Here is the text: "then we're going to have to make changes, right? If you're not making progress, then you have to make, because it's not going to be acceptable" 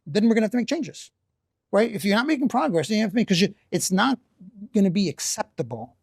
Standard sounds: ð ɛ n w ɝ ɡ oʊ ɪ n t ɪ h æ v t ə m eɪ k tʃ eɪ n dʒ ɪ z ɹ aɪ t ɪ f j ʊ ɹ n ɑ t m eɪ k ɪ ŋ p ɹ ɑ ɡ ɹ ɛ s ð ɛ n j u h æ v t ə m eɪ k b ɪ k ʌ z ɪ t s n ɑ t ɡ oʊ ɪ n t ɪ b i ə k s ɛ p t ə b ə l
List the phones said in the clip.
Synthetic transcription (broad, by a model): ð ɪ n w ɝ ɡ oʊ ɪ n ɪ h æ f t ə m eɪ k tʃ eɪ n dʒ ɪ z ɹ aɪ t ɪ f j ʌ ɹ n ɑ t m eɪ k ɪ ŋ p ɹ ɑ ɡ ɹ ɛ s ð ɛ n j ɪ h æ f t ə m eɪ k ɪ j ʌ ɪ t s n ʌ t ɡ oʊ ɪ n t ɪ b i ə k s ɛ p t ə b l